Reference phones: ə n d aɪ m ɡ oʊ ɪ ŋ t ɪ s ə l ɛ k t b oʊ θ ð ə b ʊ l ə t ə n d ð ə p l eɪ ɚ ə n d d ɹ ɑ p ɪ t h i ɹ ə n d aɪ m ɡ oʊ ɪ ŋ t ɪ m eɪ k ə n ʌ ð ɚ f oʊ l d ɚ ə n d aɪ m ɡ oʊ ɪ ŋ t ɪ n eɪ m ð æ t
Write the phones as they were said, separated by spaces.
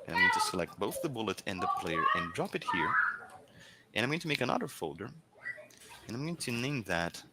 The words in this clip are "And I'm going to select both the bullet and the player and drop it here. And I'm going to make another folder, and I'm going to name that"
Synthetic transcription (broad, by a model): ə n aɪ m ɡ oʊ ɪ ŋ t ɪ s ə l ɛ k t b oʊ θ ð ə b ʊ l ə t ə n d ð ə p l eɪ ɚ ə n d d ɹ ɑ p ɪ t h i ɹ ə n aɪ m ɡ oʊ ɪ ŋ t ɪ m eɪ k ə n ʌ ð ɚ f oʊ l d ɚ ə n aɪ m ɡ oʊ ɪ ŋ t ɪ n eɪ m ð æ t